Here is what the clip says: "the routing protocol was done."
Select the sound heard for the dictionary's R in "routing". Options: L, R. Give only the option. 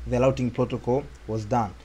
L